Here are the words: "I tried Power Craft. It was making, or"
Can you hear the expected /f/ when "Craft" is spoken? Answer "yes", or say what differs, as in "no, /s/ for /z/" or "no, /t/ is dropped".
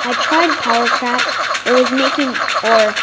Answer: no, /f/ is dropped